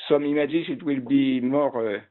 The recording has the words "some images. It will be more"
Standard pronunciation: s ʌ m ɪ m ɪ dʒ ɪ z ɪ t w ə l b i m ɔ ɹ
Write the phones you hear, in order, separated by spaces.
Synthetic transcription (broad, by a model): s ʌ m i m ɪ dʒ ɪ s ɪ t w ə l b i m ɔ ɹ